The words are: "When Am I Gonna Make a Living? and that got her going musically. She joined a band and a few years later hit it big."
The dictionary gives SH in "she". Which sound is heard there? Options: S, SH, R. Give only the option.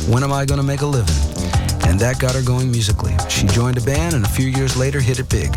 SH